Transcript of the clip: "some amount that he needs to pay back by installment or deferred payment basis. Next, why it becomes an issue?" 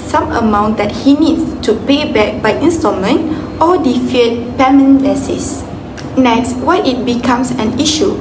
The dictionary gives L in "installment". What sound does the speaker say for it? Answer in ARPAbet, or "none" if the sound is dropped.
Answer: none